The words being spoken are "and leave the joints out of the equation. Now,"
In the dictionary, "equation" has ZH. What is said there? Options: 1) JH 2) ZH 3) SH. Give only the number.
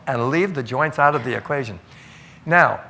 2